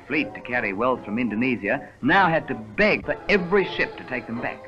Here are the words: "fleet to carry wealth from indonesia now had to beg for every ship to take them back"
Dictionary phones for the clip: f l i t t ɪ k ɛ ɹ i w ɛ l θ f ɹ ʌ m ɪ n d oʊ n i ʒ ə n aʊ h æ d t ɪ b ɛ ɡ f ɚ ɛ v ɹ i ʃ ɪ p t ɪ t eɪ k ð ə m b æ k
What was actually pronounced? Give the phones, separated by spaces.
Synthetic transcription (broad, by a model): f l i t t ɪ k ɛ ɹ i w ɛ l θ f ɹ ʌ m ɪ n d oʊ n i z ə n aʊ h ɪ d t ɪ b ɛ ɡ f ɚ ɛ v ɹ i ʃ ɪ p t ɪ t eɪ k ð ə m b æ k